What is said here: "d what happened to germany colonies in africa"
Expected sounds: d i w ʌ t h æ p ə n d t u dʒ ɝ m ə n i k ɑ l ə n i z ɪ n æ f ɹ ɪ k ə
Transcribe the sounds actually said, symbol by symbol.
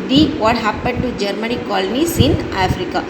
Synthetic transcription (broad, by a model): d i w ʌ t h æ p ə n d t u dʒ ɝ m ə n i k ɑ l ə n i s ɪ n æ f ɹ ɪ k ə